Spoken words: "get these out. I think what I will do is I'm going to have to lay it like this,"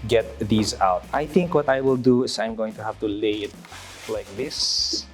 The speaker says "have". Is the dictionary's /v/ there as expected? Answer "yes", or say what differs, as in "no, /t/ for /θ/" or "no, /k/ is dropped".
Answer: no, /f/ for /v/